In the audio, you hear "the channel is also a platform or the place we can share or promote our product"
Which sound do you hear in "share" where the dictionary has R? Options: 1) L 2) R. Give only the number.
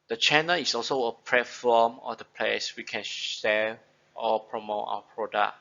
1